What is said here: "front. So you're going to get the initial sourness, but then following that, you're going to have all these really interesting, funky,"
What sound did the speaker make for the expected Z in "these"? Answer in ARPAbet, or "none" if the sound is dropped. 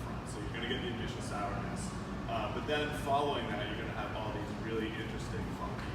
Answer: Z